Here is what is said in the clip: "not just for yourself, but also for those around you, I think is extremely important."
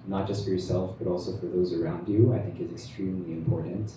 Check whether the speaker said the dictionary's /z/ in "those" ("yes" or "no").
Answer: yes